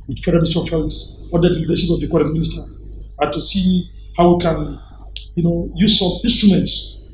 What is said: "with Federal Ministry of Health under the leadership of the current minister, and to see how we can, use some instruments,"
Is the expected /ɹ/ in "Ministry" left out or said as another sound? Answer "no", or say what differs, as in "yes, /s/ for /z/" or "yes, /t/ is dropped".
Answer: yes, /ɹ/ is dropped